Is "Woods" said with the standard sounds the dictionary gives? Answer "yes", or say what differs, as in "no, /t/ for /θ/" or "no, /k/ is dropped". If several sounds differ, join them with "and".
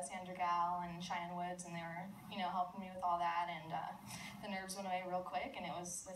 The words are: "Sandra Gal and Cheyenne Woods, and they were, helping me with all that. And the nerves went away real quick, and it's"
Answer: yes